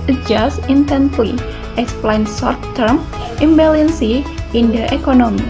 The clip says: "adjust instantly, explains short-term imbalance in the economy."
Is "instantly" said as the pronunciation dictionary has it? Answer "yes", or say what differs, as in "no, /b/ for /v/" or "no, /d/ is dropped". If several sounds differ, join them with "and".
no, /s/ is dropped